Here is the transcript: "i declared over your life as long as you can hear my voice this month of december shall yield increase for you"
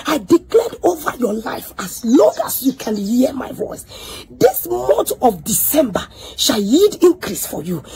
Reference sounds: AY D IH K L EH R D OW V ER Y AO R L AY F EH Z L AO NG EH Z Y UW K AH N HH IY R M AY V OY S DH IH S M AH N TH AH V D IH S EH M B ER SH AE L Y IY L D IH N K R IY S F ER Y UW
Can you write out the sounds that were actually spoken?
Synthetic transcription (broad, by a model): AY D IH K L EH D OW V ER Y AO L AY F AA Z L AO NG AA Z Y UW K AH N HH IY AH M AY V OY S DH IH S M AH N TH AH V D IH S EH M B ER SH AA L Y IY D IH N K R IY S F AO Y UW